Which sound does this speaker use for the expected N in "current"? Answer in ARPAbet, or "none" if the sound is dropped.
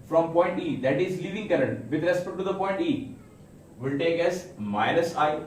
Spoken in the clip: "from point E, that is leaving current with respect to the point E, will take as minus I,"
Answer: N